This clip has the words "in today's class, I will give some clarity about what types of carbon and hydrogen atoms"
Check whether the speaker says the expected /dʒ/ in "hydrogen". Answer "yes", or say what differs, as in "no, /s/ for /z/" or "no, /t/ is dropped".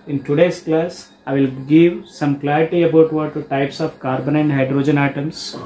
yes